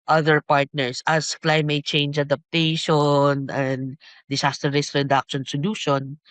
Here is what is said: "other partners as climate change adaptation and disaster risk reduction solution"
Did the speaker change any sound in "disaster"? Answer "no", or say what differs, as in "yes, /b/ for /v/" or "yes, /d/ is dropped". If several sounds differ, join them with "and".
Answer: yes, /s/ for /z/